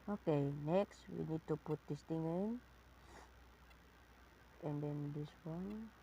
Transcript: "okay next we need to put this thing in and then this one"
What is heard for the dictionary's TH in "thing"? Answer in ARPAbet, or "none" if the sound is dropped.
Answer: T